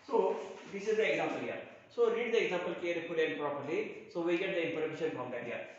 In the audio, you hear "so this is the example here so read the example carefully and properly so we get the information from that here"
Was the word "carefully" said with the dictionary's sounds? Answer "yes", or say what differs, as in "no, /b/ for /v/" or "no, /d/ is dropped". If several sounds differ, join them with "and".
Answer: no, /p/ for /f/